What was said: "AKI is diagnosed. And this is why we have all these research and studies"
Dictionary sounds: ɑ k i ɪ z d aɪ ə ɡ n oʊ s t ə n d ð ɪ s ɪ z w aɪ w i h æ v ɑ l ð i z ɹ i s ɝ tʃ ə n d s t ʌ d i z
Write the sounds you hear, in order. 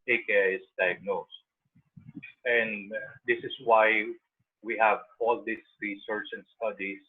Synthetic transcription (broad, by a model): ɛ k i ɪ s d aɪ ə ɡ n oʊ s t ə n d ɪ s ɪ s w aɪ w i h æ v ɑ l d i s ɹ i s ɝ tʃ ə n d s t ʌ d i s